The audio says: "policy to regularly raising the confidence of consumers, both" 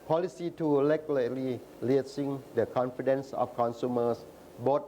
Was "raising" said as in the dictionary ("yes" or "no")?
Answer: no